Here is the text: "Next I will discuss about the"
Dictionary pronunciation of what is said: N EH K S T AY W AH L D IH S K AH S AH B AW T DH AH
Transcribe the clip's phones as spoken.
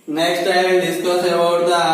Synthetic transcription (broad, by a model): N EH K S T AY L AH N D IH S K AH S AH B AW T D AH